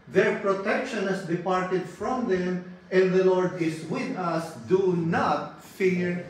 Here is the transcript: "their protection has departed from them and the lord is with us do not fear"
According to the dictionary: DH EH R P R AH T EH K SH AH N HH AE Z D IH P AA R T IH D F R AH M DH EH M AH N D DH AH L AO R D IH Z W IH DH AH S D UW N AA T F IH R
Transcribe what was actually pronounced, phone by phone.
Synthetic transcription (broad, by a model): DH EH R P R AH T EH K SH AH N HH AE S D IH P AA R T IH D F R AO M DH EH M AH N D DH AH L AO R D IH S W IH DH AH S D UW N AA T F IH R